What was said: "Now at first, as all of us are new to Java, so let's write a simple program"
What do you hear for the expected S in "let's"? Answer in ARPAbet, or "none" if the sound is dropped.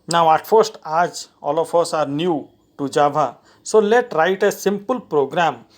none